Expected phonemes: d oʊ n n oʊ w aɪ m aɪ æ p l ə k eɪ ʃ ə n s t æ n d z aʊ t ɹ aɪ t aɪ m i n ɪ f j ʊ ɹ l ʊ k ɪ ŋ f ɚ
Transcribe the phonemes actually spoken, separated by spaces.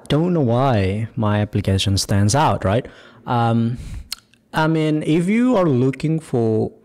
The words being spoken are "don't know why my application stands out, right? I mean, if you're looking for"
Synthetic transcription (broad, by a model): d oʊ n n oʊ w aɪ m aɪ æ p l ə k eɪ ʃ ə n s t æ n d z aʊ t ɹ aɪ t aɪ m i n ɪ f j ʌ ɹ l ʊ k ɪ ŋ f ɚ